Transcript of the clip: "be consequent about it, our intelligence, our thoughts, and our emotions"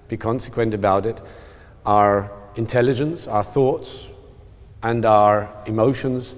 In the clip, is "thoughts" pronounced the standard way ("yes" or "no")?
yes